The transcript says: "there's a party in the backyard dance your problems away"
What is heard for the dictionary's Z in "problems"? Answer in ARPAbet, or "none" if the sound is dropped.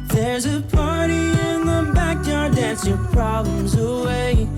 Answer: Z